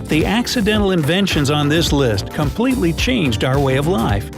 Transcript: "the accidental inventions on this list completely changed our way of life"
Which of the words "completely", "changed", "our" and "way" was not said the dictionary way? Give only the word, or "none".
none